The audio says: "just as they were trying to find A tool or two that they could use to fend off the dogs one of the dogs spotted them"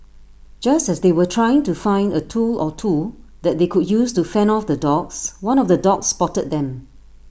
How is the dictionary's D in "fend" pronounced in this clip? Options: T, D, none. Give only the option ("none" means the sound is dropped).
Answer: none